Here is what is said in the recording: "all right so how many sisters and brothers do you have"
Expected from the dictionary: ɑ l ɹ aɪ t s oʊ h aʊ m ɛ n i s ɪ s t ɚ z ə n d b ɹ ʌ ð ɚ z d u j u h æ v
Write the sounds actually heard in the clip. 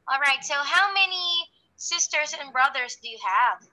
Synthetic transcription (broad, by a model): ɑ l ɹ aɪ t s oʊ h aʊ m ɛ n i s ɪ s t ɚ z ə n b ɹ ʌ ð ɚ z d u j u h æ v